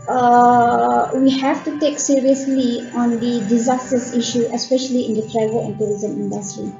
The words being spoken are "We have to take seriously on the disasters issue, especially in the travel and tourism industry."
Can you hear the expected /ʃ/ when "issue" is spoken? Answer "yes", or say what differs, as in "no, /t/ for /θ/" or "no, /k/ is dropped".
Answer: yes